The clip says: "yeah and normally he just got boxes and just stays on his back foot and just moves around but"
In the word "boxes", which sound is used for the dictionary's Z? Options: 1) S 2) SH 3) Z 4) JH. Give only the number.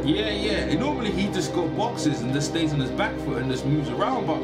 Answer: 3